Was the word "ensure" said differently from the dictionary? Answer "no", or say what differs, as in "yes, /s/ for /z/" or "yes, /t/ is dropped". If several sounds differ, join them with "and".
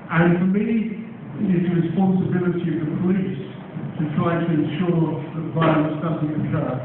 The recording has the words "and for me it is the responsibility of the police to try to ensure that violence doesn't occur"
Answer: no